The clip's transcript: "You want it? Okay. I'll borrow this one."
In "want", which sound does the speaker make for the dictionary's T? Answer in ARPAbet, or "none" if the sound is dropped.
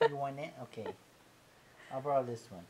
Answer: none